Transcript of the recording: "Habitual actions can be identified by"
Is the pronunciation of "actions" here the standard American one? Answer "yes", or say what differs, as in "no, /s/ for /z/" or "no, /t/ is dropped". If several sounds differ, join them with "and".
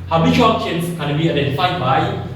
no, /ʃ/ is dropped